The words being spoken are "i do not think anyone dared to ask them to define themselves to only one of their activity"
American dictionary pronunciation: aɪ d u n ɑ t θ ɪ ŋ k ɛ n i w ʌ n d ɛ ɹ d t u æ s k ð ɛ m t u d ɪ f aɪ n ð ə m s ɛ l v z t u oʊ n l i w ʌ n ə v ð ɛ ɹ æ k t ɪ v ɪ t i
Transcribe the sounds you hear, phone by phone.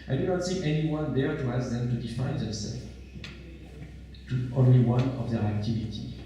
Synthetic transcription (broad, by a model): aɪ d u n ɑ t s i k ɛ n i w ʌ n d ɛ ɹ t u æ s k ð ɛ m t u d ɪ f aɪ n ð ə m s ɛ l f t u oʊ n l i w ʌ n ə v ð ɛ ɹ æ k t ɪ v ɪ t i